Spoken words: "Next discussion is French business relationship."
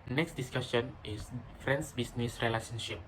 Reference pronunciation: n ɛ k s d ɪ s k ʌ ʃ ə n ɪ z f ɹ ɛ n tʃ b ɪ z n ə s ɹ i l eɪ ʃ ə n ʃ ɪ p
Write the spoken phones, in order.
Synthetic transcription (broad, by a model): n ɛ k s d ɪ s k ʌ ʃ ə n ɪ s f ɹ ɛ n s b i s n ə s ɹ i l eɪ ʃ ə n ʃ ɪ p